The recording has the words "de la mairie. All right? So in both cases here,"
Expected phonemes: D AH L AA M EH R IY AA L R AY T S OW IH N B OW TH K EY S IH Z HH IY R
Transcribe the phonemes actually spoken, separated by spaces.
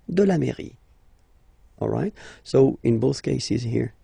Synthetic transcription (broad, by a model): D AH L AA M EH R IY AA L R AY T S OW IH N B OW TH K EY S IH Z HH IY R